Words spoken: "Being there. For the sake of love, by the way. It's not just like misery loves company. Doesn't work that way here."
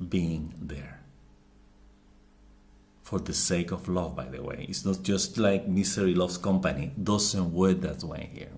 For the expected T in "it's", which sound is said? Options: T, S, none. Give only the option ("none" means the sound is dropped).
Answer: T